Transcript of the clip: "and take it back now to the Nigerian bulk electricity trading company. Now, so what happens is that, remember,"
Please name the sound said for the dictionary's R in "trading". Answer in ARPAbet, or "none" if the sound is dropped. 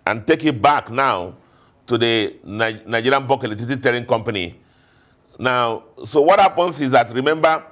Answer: none